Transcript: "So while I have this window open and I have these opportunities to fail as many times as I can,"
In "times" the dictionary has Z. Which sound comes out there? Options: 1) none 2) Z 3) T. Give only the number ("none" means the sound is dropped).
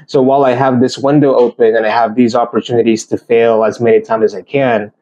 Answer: 1